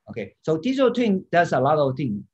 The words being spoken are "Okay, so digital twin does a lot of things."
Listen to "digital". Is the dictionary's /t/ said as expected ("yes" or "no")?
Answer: no